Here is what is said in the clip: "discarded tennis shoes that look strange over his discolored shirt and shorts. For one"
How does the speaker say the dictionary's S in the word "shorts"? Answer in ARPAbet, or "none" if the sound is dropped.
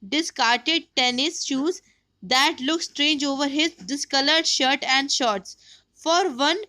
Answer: S